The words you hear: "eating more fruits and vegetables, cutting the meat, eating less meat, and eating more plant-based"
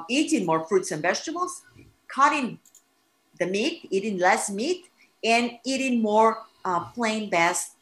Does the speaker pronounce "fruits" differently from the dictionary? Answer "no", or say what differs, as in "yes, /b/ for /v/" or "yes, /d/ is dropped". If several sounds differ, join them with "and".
no